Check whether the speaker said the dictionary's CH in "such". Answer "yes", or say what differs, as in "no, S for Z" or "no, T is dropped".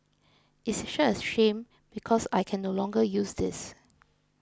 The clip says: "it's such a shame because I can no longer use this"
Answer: no, CH is dropped